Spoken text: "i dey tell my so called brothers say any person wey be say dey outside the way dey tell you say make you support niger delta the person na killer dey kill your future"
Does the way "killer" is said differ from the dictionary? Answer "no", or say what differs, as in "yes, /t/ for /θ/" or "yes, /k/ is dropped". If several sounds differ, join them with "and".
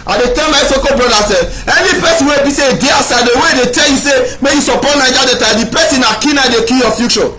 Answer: yes, /n/ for /l/